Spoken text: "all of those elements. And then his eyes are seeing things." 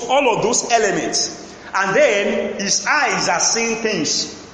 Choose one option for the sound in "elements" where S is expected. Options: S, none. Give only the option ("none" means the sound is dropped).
S